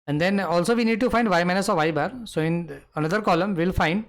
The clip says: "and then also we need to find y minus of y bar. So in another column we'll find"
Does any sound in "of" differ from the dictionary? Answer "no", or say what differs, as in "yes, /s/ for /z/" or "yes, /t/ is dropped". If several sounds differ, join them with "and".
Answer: no